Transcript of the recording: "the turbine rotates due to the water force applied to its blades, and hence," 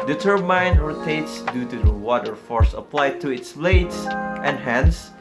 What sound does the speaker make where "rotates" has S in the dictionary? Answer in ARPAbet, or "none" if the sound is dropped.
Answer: S